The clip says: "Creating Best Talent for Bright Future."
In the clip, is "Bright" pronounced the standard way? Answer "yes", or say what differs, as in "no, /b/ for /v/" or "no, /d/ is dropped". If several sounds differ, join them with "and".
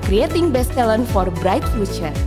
yes